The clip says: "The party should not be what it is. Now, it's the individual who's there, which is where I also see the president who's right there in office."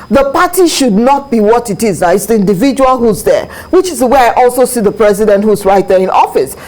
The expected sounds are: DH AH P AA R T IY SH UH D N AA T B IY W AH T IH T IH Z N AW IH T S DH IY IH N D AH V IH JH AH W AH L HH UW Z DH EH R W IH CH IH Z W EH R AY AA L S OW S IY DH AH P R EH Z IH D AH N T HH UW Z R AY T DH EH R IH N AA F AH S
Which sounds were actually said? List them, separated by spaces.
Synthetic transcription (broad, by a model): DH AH P AA T IY SH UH D N AA T B IY W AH T IH T IH Z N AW IH T S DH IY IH N D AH V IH JH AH W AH L HH UW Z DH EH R W IH CH IH Z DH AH W AY AA L S OW S IY DH AH P R EH Z IH D AH N T HH UW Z R AY T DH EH R IH N AA F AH S